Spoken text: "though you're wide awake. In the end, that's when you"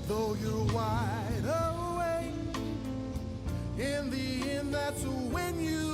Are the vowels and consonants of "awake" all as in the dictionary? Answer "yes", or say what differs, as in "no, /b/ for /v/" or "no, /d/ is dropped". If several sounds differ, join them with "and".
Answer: no, /k/ is dropped